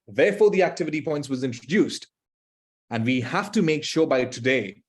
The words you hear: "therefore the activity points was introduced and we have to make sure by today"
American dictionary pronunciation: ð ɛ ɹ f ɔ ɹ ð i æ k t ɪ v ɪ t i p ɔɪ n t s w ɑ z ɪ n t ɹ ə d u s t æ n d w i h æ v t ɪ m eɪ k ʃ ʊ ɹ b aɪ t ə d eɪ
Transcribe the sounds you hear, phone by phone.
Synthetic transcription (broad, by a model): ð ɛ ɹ f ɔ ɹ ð i æ k t ɪ v ɪ t i p ɔɪ n t s w ɑ z ɪ n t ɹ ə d u s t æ n d w i h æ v t ɪ m eɪ k ʃ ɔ b aɪ t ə d eɪ